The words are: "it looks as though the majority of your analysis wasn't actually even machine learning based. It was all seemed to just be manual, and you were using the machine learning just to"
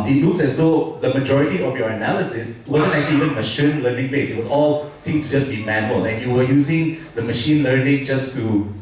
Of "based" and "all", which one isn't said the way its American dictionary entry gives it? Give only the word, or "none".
based